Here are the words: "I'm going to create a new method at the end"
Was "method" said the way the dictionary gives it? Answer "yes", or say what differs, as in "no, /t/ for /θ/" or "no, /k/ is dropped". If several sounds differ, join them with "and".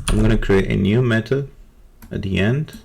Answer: no, /t/ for /θ/ and /d/ is dropped